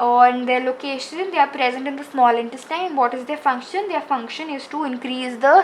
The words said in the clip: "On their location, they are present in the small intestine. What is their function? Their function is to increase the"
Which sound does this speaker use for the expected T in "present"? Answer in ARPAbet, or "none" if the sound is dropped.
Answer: T